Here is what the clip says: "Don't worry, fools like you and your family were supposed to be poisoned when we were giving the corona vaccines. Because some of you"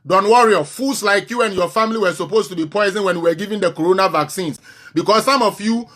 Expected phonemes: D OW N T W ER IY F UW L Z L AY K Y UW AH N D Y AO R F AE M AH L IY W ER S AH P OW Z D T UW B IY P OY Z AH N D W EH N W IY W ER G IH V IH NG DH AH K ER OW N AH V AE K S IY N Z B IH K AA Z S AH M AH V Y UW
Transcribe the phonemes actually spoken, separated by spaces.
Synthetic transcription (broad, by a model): D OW N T W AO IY F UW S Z L AY K Y UW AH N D Y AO F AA M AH L IY W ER S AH P OW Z T UW B IY P OY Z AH N W EH N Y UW W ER G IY V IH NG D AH K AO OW N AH V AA K S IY N S B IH K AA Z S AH M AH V Y UW